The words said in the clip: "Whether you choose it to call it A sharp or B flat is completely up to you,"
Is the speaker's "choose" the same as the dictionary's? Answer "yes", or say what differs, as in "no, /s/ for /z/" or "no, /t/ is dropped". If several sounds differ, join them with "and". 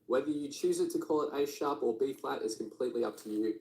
yes